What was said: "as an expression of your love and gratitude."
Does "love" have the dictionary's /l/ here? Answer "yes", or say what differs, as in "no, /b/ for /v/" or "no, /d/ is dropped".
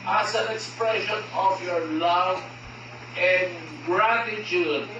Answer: yes